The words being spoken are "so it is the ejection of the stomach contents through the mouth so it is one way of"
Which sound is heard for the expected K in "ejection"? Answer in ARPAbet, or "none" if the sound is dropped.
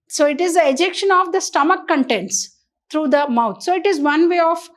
K